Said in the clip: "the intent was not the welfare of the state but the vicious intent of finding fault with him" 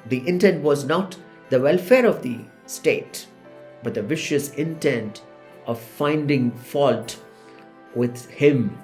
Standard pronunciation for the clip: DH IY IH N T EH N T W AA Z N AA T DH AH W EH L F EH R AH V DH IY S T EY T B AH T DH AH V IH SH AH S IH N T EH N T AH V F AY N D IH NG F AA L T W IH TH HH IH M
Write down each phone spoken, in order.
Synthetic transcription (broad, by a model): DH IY IH N T EH N T W AA Z N AA T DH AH W EH L F EH R AH V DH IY S T EY T B AH T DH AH V IH SH AH S IH N T EH N T AH V F AY N D IH NG F AA L T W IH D HH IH M